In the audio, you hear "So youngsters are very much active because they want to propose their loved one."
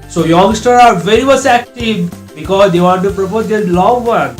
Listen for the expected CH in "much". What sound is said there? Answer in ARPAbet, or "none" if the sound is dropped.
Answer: S